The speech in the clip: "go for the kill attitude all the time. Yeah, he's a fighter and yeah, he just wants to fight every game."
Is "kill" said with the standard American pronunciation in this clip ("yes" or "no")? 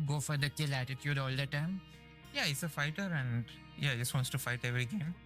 yes